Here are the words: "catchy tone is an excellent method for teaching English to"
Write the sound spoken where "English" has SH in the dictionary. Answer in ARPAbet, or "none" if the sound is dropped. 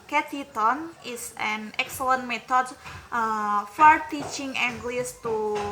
S